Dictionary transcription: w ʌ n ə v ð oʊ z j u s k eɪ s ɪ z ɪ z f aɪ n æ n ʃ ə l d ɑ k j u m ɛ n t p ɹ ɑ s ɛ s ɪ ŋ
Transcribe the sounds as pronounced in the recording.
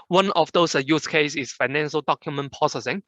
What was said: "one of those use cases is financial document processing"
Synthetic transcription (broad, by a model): w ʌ n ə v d oʊ s j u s k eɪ ɪ s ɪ s f aɪ n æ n ʃ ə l d ɑ k j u m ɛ n p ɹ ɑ s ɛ s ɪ ŋ